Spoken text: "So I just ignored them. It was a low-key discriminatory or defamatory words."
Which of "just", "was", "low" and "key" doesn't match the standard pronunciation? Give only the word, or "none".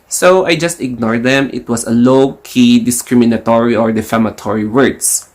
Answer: was